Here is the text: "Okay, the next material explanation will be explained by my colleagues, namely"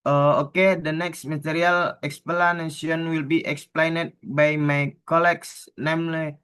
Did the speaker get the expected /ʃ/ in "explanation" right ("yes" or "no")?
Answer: no